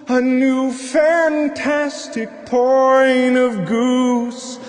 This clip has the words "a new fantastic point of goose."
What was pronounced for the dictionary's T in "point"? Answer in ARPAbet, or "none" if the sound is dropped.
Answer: none